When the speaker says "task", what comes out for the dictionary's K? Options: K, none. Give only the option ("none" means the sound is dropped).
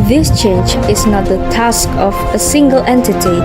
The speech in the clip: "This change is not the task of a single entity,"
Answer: K